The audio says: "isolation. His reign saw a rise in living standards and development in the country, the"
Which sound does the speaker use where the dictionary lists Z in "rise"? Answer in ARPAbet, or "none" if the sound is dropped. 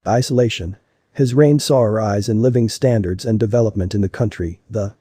Z